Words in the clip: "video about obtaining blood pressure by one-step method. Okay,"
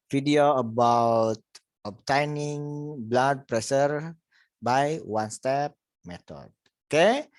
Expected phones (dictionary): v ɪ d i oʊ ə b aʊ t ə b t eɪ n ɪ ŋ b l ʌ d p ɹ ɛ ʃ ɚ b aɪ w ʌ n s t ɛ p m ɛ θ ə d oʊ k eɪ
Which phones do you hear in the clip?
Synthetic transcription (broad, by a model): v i d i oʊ ə b aʊ t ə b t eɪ n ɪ ŋ b l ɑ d p ɹ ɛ s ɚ b aɪ w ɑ n s t ɛ p m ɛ t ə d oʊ k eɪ